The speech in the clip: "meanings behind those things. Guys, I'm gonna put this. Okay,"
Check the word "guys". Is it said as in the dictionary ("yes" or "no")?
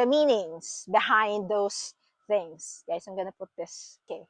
no